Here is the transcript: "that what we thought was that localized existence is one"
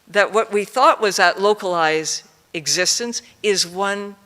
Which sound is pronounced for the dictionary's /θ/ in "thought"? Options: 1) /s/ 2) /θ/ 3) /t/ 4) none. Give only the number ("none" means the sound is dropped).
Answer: 2